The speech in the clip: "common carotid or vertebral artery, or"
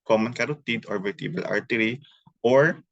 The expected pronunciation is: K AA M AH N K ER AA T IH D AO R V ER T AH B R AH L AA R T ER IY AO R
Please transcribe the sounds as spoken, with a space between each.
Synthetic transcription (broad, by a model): K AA M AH N K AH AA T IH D AO R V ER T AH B AH L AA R T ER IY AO R